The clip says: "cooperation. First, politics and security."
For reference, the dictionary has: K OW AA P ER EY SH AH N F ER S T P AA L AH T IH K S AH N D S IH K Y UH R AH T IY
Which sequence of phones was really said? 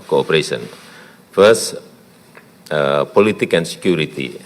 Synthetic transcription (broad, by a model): K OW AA P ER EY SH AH N F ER S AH P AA L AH T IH K AH N S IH K Y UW R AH T IY